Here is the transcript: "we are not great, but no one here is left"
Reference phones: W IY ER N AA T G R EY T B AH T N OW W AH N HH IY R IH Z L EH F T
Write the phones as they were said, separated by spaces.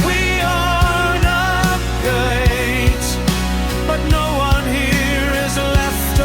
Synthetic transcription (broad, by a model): W IY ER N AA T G EY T B AH T N OW W AH N HH IY R IH Z L EH F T